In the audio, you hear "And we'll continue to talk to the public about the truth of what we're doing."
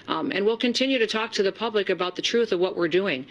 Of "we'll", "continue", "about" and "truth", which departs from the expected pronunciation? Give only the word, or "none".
none